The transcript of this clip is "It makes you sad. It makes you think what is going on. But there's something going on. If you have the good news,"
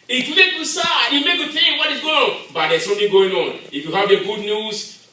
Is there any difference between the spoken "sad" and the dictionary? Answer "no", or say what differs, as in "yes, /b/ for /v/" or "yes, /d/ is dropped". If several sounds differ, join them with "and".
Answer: yes, /d/ is dropped